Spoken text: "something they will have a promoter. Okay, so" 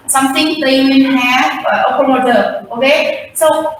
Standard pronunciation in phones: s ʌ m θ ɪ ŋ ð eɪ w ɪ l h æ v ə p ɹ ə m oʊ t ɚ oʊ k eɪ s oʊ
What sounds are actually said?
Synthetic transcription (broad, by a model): s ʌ m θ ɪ ŋ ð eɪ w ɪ n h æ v ə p ə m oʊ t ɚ oʊ k eɪ s oʊ